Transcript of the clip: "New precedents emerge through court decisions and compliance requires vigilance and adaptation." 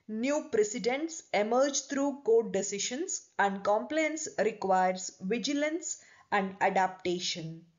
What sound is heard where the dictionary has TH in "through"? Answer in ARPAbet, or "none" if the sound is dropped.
T